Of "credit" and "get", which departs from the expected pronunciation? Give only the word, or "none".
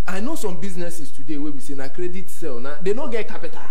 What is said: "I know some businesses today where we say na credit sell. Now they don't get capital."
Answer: none